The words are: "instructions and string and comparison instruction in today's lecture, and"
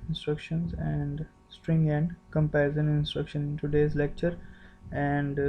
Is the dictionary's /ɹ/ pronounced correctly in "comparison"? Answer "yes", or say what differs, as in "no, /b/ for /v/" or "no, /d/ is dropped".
no, /ɹ/ is dropped